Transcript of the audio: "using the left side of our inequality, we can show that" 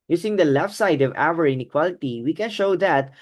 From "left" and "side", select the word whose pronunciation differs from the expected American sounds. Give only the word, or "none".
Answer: none